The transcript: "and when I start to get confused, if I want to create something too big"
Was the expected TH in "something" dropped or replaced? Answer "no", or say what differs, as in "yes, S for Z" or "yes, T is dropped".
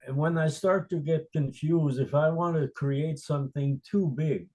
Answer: no